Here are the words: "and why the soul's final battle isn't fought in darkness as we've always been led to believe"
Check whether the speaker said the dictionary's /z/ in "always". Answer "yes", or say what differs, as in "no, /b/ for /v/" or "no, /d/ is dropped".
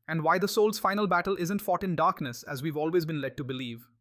yes